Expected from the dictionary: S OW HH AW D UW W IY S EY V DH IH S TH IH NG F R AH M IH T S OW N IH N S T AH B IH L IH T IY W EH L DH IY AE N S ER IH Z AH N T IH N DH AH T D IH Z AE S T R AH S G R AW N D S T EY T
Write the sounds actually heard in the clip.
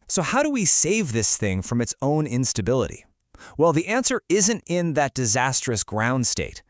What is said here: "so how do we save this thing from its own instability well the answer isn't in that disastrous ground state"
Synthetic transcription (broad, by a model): S OW HH AW D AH W IY S EY V DH IH S TH IH NG F R AH M IH T S OW N IH N S T AH B IH L IH T IY W EH L DH IY AE N S ER IH Z AH N T IH N DH AH T D IH Z AE S T R AH S G R AW N D S T EY T